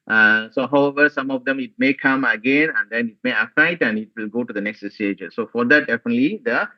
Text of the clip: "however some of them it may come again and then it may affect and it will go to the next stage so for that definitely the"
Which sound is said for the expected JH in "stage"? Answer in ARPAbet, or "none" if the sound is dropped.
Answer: JH